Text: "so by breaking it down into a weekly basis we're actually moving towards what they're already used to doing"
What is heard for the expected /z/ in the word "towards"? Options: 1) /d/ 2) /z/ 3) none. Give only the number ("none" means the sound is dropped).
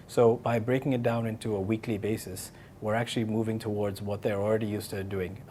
2